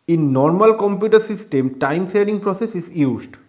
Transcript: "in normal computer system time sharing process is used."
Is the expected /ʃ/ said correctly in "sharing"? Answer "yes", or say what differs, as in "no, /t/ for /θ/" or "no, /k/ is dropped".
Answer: no, /s/ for /ʃ/